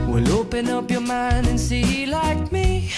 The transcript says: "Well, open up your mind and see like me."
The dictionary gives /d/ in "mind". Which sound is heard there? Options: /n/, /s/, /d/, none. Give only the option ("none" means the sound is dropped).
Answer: /d/